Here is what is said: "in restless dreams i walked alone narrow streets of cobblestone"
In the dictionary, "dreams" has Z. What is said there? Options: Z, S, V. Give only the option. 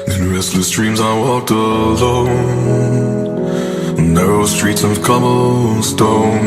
Z